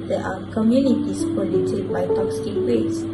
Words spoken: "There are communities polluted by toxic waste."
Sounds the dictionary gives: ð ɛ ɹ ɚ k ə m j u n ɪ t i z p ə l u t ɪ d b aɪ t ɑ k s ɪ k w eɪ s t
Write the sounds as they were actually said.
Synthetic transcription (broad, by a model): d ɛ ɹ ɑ k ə m j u n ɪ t i s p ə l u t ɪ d b aɪ t ɑ k s ɪ k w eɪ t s